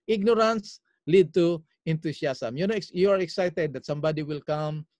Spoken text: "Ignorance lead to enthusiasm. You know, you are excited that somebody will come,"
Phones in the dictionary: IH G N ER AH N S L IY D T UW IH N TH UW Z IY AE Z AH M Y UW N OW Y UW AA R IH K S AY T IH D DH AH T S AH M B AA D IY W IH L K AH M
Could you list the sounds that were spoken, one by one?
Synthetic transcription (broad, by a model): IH G N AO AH N S L IY D T UW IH N T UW S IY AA S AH M Y UW N OW Y UW AA R IH K S AY T IH D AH T S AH M B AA D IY W IH L K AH M